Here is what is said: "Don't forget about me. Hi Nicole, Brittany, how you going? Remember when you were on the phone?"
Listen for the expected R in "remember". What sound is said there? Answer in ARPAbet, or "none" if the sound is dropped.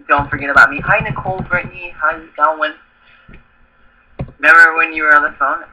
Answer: W